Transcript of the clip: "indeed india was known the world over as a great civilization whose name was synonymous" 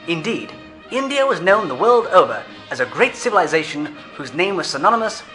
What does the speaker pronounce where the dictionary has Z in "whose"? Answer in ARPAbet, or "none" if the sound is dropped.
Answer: Z